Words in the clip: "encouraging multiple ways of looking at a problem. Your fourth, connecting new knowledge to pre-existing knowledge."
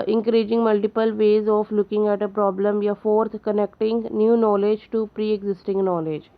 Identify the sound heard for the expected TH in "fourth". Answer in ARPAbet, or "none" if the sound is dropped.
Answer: T